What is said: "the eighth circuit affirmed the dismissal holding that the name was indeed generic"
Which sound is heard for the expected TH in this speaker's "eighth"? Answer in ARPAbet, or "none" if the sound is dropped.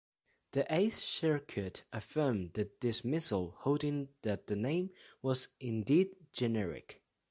TH